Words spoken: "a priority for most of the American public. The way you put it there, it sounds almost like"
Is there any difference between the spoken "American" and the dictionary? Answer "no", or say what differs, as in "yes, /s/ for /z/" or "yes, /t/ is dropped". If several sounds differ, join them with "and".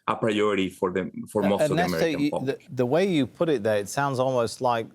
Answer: yes, /k/ is dropped